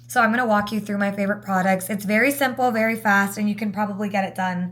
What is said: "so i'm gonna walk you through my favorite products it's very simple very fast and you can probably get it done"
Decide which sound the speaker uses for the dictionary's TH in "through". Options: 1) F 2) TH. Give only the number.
2